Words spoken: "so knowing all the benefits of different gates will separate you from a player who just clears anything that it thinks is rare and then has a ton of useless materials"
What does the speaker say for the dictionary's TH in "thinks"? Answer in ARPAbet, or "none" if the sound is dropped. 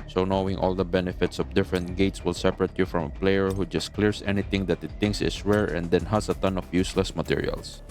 T